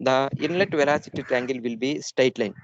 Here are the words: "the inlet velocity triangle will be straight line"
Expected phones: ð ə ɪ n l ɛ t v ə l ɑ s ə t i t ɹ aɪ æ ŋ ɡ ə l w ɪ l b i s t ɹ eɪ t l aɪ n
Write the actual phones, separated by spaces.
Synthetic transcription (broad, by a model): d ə ɪ n l ɛ t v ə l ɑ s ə t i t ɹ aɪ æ ŋ ɡ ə l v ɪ l b i s t eɪ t l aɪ n